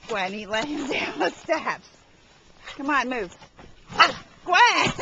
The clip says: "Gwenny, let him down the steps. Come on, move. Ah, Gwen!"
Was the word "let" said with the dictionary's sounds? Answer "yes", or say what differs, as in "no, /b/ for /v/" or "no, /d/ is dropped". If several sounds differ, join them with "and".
no, /t/ is dropped